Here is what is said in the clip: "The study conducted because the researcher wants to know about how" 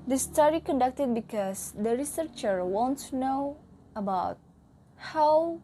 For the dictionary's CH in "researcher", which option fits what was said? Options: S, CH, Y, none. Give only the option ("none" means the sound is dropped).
CH